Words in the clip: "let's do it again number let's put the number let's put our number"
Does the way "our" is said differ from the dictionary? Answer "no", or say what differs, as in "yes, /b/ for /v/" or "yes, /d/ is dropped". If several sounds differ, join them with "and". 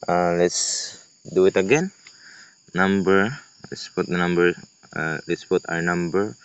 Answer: yes, /w/ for /ɹ/